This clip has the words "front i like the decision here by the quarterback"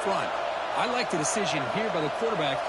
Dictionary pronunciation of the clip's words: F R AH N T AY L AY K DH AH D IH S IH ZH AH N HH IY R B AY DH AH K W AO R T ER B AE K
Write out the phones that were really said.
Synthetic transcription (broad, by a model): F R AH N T AY L AY K DH AH D IH S IH ZH AH N HH IY R B AY DH AH K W AO R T ER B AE K